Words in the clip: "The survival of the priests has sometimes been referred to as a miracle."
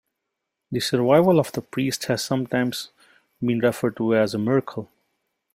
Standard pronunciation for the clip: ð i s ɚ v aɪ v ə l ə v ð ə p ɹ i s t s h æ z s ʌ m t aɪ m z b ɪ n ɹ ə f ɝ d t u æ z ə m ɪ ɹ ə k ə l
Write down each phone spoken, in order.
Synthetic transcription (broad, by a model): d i s ɚ v aɪ v ə l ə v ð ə p ɹ i s t h æ z s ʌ m t aɪ m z b ɪ n ɹ ə f ɝ d t u æ z ə m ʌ ɹ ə k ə l